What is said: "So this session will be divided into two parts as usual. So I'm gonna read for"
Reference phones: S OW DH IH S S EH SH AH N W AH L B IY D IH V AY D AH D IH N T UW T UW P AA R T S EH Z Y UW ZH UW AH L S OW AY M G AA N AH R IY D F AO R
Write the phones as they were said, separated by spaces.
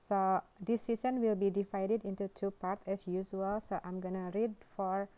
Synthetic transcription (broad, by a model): S OW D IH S S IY S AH N W AH L B IY D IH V AY D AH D IH N T UW T UW P AA R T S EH S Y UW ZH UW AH L S OW AY M G AA N AH R IY D F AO R